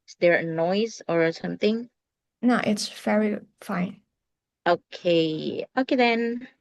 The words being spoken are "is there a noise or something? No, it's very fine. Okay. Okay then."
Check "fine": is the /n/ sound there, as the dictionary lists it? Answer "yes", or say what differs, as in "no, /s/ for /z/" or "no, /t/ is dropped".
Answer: yes